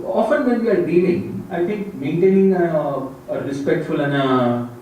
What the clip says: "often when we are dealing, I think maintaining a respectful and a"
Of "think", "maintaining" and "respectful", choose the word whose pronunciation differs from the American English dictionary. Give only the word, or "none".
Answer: think